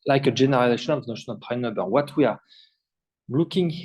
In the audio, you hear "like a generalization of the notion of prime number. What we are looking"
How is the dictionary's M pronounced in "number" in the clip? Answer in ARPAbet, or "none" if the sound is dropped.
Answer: none